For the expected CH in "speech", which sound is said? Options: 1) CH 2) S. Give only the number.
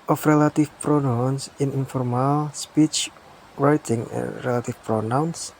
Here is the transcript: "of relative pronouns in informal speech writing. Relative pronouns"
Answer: 1